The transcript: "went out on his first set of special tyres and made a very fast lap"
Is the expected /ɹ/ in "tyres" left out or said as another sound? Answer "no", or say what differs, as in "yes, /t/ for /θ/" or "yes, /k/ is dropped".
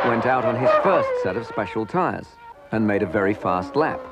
no